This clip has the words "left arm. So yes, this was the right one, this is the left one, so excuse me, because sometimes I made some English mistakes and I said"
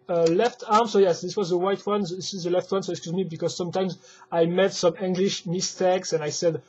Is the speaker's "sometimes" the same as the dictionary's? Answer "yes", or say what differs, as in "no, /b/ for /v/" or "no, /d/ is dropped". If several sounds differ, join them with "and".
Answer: yes